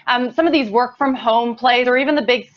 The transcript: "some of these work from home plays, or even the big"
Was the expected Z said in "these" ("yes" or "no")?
yes